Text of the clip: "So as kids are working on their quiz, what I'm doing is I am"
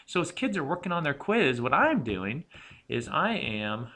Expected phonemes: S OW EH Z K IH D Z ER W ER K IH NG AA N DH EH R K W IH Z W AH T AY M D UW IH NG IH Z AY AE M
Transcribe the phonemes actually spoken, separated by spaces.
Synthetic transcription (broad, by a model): S OW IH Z K IH D Z ER W ER K IH NG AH N DH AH R K W IH Z W AH T AY M D UW IH NG IH Z AY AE M